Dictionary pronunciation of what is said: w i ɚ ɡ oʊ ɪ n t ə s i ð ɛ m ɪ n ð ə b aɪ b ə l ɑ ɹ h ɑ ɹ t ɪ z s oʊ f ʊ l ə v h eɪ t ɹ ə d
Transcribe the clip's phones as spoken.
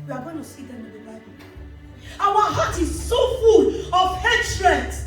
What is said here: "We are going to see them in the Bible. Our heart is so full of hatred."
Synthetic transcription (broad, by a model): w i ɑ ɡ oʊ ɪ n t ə s i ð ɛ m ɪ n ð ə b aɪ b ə w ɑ h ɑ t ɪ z s oʊ f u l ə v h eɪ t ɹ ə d